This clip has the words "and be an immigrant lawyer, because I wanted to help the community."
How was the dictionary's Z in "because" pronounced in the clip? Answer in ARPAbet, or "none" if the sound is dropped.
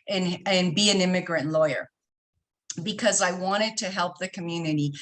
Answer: Z